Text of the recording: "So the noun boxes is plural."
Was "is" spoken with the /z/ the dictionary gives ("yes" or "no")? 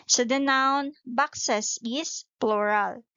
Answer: no